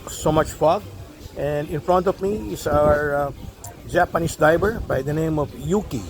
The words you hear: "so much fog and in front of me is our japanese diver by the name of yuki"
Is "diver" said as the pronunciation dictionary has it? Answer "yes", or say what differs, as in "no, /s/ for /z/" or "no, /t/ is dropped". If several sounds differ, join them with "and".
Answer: no, /b/ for /v/